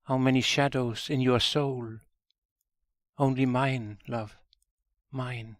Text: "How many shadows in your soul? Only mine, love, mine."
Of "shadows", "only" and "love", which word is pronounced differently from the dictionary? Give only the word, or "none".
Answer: none